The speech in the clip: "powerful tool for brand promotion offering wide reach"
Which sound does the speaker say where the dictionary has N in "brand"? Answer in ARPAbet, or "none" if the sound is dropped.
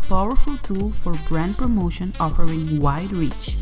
N